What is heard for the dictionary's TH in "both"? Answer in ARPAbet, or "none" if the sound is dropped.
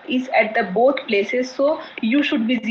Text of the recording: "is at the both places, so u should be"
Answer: T